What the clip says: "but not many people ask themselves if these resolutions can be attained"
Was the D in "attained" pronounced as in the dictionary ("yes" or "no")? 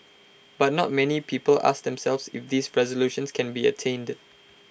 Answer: yes